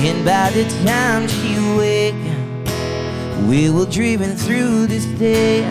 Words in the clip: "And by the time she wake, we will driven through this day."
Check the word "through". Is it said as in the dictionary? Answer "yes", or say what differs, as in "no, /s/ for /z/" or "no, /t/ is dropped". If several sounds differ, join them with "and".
yes